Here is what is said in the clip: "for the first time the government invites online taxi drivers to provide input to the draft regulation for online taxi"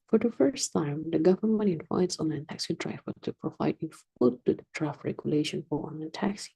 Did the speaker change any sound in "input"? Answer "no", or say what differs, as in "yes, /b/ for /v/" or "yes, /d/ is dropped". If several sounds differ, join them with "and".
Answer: yes, /f/ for /p/